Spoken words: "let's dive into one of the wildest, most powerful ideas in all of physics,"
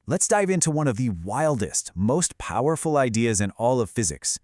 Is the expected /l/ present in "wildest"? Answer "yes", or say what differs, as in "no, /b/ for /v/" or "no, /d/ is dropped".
yes